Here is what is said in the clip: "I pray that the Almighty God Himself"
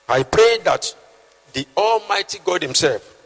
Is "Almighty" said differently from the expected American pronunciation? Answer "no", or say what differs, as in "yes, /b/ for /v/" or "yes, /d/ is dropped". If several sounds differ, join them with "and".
no